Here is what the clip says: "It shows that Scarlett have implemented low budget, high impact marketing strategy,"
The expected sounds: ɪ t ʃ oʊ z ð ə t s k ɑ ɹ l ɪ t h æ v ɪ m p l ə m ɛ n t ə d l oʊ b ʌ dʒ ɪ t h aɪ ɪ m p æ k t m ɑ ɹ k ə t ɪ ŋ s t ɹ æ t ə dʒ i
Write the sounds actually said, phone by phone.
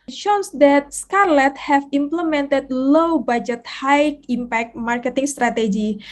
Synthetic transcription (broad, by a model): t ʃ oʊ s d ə t s k ɑ ɹ l ɪ t h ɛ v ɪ m p l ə m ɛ n t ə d l oʊ b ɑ dʒ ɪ t h aɪ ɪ m p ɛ k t m ɑ ɹ k ə t ɪ ŋ s t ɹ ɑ t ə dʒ i